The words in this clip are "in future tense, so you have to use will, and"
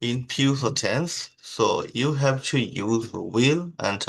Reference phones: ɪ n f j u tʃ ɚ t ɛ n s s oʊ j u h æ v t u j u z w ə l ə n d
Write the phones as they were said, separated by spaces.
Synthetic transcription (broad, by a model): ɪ n p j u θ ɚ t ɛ n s s oʊ j u h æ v t u j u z w ə l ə n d